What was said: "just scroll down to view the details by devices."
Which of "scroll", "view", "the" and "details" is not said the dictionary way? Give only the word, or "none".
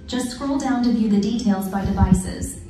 none